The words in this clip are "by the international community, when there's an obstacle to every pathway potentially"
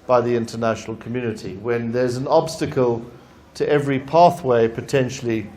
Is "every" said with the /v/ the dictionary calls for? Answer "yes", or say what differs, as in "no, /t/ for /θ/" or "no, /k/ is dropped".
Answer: yes